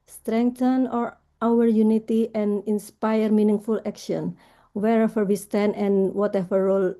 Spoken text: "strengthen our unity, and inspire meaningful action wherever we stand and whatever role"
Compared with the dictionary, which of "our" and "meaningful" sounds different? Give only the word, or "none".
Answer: none